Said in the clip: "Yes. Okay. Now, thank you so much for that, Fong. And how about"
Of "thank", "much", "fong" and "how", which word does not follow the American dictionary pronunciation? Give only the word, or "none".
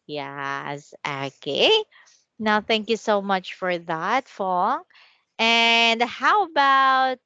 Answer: none